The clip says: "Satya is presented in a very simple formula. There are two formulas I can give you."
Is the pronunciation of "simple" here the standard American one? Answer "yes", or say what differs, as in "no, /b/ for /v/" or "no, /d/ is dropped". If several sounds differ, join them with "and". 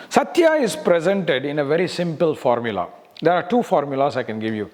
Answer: yes